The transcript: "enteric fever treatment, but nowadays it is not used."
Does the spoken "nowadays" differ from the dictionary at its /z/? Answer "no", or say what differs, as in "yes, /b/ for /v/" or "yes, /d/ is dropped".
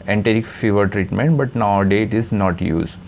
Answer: yes, /z/ is dropped